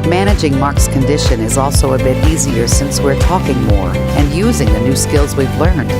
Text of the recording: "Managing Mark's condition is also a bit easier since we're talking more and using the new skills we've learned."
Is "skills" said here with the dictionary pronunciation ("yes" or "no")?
yes